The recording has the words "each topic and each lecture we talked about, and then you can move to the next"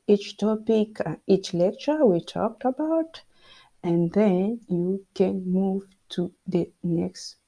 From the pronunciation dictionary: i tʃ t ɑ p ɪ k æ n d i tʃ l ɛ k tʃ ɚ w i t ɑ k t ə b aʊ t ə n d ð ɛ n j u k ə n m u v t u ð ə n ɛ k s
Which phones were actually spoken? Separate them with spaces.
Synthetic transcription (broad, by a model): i tʃ t ɑ p ɪ k i tʃ l ɛ k tʃ ɚ w i t ɑ k t ə b aʊ t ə n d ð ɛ n j u k ə n m u v t u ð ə n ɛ k s